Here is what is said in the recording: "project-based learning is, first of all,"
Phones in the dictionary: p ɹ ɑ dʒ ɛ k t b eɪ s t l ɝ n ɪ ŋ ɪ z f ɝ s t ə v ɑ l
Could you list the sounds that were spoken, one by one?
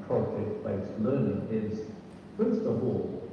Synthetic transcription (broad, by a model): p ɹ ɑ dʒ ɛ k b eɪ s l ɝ n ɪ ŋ ɪ z p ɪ s t ə v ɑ l